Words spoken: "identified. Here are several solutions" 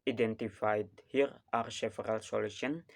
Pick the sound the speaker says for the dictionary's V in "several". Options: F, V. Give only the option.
F